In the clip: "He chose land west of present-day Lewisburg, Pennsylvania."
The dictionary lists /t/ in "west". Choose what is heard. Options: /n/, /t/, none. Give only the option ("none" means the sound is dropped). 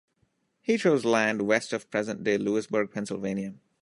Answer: /t/